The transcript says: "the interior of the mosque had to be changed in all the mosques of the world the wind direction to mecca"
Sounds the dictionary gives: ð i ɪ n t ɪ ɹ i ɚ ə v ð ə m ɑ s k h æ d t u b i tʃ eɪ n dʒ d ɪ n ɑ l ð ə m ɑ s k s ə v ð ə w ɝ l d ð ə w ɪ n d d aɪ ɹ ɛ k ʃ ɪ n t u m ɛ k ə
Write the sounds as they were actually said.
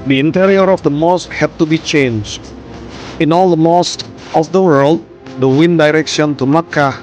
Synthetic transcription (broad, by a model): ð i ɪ n t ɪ ɹ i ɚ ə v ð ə m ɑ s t h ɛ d t u b i tʃ eɪ n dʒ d ɪ n ɑ l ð ə m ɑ s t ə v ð ə w ɝ l d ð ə w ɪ n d d aɪ ɹ ɛ k ʃ ɪ n t u m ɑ k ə